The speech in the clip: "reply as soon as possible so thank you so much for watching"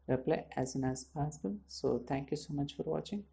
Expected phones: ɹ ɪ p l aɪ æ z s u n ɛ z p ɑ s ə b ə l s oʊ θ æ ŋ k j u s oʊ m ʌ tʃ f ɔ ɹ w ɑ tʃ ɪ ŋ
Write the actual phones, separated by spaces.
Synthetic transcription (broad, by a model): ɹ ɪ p l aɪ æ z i n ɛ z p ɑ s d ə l s oʊ t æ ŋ k j u s oʊ m ʌ tʃ f ɔ ɹ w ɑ tʃ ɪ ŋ